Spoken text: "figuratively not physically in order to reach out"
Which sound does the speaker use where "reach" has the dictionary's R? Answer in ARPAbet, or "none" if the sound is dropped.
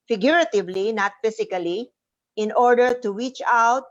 W